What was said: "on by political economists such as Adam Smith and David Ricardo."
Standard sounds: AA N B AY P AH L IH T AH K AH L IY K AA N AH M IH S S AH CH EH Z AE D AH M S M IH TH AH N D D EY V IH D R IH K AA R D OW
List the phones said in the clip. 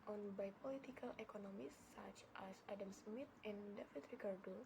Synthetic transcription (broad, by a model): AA N B AY P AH L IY T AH K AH L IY K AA N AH M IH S S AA CH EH S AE D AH M S M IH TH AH N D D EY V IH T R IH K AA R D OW